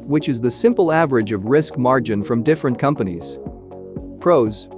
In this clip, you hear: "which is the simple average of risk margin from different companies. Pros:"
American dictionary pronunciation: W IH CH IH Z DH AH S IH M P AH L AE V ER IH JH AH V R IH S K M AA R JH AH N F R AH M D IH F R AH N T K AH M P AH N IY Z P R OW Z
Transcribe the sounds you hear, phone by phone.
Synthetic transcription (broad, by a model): W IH CH IH Z DH AH S IH M P L AE V ER IH JH AH V R IH S K M AA R JH AH N F R AH M D IH F R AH N K AH M P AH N IY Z P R OW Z